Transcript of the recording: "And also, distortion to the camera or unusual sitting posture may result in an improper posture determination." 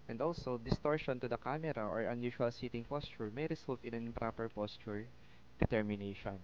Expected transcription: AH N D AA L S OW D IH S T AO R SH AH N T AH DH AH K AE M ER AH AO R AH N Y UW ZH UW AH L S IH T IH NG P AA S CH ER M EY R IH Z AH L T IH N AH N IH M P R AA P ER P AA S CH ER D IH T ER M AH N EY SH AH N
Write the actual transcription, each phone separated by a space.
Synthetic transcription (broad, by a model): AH N D AA L S OW D IH S T AO R SH AH N T AH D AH K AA M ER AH AO R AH N Y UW SH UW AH L S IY T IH NG P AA S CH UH M EY R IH S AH L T IH N AH N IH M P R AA P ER P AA S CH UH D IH T ER M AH N EY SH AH N